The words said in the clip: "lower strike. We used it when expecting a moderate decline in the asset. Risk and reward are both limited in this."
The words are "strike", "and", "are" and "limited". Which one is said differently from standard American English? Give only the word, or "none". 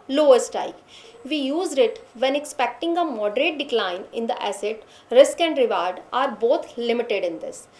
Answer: strike